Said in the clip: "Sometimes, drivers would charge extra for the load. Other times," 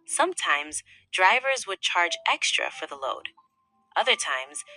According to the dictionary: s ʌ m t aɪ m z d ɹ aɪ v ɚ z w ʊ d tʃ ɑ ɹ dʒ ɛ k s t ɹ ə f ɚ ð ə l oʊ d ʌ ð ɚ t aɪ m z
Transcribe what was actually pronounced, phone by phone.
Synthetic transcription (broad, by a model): s ʌ m t aɪ m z d ɹ aɪ v ɚ z w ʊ d tʃ ɑ ɹ dʒ ɛ k s t ɹ ə f ɚ ð ə l oʊ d ʌ ð ɚ t aɪ m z